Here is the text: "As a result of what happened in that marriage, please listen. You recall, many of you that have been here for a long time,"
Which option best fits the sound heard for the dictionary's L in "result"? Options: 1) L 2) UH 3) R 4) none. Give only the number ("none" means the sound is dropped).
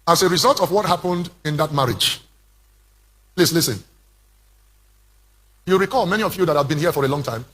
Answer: 1